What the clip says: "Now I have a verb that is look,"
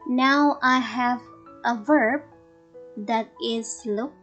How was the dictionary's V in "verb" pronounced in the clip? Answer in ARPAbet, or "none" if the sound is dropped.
V